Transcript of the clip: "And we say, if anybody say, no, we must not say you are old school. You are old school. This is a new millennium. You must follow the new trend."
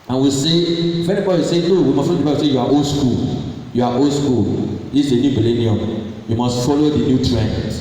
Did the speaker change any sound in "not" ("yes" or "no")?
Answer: yes